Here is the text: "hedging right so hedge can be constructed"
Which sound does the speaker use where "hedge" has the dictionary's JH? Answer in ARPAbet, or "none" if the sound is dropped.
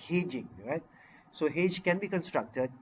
JH